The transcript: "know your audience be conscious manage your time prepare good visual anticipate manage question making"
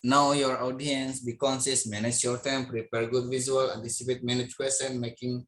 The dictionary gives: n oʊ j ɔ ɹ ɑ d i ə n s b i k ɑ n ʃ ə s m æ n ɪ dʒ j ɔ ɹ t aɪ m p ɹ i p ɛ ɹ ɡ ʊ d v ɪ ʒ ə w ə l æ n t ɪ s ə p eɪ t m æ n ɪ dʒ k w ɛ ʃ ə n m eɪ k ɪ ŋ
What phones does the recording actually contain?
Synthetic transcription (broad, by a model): n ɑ j ɔ ɹ ɑ d i ə n s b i k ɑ n s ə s m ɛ n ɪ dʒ j ɔ ɹ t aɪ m p ɹ i p ɛ ɹ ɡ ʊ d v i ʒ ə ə l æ n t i s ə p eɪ t m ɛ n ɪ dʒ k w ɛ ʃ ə n m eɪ k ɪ ŋ